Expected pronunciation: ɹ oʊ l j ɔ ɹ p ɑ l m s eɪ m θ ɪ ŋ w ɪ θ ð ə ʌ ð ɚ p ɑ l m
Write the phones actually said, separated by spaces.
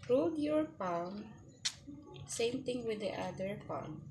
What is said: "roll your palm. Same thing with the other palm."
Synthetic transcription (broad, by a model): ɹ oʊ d j ɔ ɹ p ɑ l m s eɪ m t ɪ ŋ w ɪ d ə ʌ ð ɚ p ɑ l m